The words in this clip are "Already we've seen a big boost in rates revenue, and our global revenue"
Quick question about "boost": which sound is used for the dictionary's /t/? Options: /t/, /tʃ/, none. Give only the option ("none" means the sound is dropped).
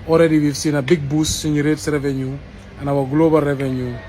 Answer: none